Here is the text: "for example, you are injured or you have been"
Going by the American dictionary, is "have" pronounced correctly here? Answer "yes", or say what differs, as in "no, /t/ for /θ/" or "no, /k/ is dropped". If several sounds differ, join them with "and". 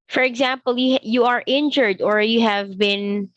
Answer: yes